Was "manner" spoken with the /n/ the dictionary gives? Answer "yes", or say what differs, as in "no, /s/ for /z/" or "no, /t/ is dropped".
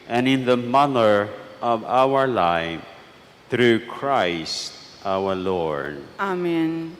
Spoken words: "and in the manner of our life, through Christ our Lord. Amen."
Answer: no, /l/ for /n/